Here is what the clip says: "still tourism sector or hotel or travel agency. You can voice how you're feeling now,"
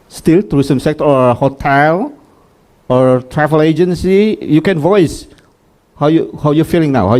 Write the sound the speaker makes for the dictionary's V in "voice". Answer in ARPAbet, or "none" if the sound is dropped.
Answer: V